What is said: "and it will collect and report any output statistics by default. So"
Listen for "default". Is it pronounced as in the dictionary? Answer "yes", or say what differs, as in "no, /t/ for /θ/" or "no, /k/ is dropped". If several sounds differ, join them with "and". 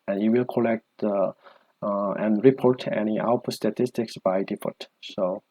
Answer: no, /l/ is dropped